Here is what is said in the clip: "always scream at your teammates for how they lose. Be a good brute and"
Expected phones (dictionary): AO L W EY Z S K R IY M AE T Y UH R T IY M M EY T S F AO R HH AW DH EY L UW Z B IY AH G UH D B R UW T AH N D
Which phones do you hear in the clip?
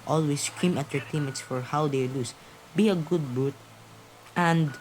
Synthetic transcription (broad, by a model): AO L W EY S K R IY M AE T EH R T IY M M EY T S F AO R HH AW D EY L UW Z B IY AH G UH D B UW T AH N D